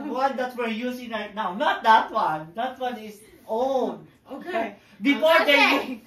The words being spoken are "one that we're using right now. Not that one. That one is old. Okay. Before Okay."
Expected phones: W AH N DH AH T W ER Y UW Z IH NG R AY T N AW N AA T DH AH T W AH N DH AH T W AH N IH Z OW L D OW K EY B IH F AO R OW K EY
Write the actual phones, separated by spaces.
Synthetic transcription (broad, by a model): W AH N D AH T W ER Y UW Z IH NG L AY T N AW N AA T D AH T W AH N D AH T W AH N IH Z OW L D OW K EY B IH F AO R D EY